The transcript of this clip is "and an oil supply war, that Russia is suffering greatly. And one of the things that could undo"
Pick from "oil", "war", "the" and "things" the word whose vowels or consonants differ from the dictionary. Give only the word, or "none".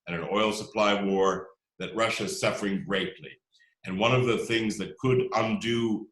none